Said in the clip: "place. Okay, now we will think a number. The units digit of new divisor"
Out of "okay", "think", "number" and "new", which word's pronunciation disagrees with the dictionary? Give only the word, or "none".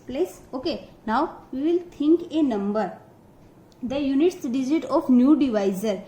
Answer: think